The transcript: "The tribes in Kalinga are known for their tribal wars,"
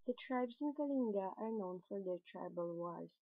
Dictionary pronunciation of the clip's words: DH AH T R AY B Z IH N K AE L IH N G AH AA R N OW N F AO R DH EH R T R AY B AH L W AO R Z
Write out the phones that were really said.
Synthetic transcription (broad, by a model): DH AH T R AY B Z IH N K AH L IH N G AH AA R N OW N F AO R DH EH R T R AY B AH L W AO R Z